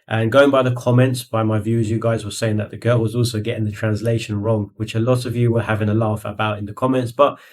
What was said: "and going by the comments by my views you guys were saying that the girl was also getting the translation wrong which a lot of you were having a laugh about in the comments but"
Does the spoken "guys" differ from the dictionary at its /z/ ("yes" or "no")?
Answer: no